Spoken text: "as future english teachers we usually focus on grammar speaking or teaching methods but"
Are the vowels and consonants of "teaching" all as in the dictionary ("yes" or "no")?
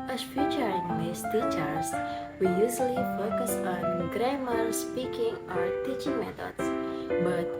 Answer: yes